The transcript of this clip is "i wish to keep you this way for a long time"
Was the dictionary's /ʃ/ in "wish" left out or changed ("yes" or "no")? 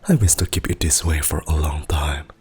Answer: yes